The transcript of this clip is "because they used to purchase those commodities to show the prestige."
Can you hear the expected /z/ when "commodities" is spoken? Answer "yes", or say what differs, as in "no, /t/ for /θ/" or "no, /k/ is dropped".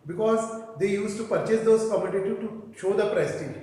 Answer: no, /z/ is dropped